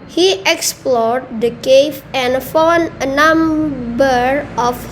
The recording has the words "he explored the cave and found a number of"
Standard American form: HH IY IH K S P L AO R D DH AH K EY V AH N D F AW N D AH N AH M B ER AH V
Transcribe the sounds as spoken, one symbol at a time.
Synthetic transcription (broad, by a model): HH IY IH K S P L AO R D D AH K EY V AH N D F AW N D AH N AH M B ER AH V